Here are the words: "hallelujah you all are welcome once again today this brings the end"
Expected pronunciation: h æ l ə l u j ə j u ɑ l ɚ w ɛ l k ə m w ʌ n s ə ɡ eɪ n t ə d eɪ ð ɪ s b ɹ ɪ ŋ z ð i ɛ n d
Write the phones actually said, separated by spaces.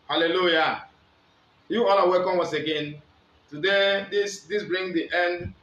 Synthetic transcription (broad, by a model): h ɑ l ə l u j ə j u ɑ l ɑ w ɛ l k ə m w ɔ s ə ɡ eɪ n t ə d eɪ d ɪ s b ɹ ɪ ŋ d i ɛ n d